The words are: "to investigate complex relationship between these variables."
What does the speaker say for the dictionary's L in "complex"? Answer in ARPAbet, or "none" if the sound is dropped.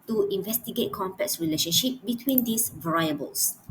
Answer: none